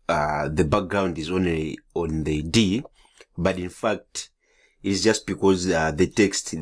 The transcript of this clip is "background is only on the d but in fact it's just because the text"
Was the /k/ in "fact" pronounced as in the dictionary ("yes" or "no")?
yes